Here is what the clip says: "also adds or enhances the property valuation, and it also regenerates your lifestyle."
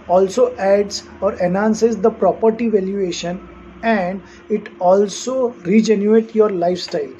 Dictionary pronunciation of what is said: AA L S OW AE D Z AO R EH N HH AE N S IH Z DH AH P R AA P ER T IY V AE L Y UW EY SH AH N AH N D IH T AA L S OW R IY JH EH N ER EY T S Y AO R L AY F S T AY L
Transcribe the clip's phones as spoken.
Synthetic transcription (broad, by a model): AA L S OW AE D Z AO R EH N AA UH N S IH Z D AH P R AA P ER T IY V AE L Y UW EY SH AH N AH N D IH T AA L S OW R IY JH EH N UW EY T Y AO R L AY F S T AY L